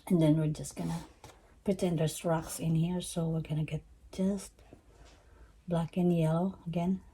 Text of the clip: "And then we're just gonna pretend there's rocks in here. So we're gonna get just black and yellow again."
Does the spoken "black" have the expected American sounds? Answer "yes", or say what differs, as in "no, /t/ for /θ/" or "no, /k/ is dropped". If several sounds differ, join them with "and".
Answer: yes